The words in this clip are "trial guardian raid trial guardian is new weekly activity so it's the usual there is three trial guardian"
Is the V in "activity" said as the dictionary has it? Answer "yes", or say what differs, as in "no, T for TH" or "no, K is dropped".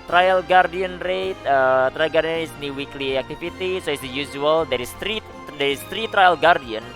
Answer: no, F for V